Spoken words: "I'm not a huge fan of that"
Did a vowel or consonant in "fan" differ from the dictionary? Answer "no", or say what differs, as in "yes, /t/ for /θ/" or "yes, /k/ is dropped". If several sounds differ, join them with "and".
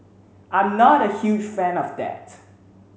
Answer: no